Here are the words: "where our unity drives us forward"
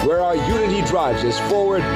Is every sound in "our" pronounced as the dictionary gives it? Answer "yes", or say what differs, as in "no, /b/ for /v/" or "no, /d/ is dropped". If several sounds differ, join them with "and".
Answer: yes